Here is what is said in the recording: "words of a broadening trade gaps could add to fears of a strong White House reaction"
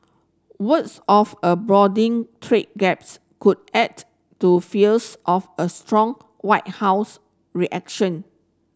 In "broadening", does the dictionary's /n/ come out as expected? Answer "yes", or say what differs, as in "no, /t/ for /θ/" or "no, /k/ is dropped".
no, /n/ is dropped